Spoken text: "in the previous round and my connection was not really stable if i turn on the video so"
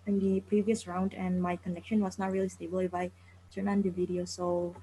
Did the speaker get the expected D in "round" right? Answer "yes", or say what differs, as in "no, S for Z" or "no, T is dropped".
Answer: yes